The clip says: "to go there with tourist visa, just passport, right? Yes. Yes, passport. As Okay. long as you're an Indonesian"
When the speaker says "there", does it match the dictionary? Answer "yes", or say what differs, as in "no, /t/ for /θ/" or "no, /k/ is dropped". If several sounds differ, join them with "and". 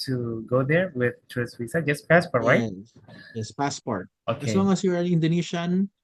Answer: yes